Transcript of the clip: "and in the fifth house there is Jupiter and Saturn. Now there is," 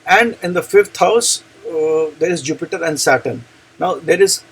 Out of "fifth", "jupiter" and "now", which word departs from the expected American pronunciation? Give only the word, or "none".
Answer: fifth